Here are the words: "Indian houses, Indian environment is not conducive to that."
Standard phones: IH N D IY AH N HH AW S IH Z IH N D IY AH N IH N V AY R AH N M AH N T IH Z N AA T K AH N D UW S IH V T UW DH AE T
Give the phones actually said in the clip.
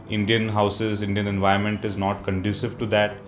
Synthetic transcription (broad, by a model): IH N D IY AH N HH AW S IH Z IH N D IY AH N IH N V AY AH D M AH N T IH Z N AA T K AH N D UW S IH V T UW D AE T